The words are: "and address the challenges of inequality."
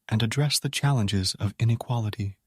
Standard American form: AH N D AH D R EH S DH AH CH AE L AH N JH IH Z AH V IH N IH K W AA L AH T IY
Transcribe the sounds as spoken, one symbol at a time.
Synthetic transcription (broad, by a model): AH N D AH D R EH S DH AH CH AE L AH N JH IH Z AH V IH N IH K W AA L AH T IY